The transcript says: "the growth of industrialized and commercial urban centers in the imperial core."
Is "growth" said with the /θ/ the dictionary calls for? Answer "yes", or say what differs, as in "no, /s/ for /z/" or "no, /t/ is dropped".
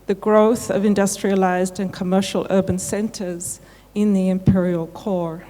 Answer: yes